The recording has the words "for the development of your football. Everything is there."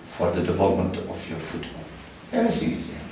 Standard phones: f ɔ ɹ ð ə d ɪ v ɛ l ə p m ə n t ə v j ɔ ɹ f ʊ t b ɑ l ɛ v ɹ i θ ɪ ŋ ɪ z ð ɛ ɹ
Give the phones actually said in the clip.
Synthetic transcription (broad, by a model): f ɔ ɹ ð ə d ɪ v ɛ l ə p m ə n t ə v j ɔ ɹ f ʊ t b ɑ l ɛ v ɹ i s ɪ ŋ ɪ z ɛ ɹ